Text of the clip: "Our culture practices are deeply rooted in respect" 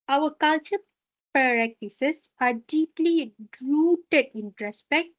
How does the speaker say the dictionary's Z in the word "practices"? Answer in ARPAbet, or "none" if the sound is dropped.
S